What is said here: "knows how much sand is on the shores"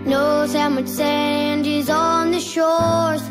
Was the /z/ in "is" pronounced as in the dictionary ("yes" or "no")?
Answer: yes